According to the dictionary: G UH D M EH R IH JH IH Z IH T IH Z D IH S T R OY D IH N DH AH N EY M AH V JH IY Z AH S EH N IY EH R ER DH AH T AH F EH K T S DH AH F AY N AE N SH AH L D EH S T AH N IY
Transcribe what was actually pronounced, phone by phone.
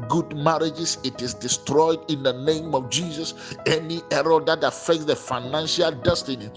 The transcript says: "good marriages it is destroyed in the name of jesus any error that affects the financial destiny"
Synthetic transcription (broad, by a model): G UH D M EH R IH JH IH S IH T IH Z D IH S T R OY D IH N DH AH N EY M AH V JH IY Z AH S EH N IY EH R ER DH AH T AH F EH K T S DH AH F AY N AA N SH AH L D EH S T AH N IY